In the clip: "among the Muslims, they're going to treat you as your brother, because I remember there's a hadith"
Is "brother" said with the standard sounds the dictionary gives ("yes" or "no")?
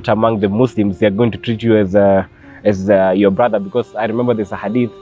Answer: yes